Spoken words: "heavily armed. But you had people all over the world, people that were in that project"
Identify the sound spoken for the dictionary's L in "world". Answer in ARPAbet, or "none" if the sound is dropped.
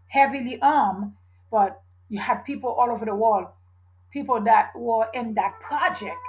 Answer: L